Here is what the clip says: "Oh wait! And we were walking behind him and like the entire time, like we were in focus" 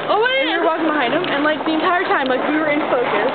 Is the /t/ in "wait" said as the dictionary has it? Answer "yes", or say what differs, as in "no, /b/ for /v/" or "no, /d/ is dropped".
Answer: no, /t/ is dropped